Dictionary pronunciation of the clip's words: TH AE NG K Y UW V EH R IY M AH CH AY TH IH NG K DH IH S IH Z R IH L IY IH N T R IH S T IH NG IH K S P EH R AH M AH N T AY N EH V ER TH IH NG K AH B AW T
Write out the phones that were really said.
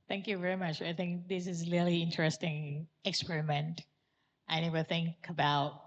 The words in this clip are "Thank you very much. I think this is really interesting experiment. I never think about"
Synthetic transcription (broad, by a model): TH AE NG K Y UW V EH R IY M AH CH AY TH IH NG K DH IH S IH Z L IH L IY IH N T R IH S T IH NG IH K S P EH R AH M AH N T AY N EH V ER TH IH NG K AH B AW T